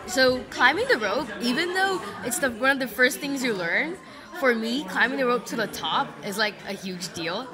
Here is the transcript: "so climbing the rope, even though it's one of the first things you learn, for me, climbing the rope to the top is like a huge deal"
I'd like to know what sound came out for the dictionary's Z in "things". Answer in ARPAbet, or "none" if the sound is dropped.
Z